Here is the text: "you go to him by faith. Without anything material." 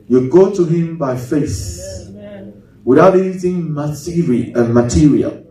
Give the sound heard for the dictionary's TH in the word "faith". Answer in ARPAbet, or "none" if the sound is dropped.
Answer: S